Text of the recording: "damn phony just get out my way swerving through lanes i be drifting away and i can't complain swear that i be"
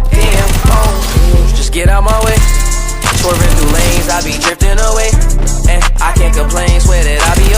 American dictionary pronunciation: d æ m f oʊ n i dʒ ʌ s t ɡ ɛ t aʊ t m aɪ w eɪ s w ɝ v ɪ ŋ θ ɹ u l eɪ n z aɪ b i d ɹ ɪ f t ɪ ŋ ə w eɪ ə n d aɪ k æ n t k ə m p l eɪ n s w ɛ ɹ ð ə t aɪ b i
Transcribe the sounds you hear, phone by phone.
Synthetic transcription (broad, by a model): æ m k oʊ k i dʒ ʌ s ɡ ɛ t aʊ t m aɪ w eɪ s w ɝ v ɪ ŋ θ u l eɪ n z aɪ b i d ɹ ɪ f t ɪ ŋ ə w eɪ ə aɪ k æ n k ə m p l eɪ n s w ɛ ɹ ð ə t aɪ b i